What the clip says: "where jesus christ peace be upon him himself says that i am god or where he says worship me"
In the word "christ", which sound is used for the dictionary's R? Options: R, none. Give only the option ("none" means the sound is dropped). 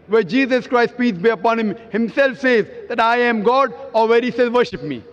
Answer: R